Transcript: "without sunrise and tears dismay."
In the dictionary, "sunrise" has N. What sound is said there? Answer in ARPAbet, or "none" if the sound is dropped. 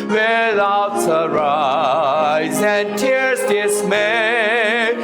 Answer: none